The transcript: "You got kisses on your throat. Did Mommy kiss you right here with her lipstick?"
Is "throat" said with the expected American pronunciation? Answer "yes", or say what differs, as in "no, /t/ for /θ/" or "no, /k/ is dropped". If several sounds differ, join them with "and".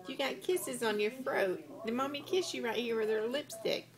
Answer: no, /f/ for /θ/